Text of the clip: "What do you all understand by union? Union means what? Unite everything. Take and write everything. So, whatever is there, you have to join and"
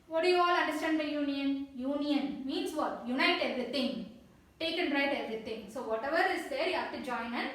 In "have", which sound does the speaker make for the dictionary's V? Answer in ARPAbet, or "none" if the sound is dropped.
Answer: F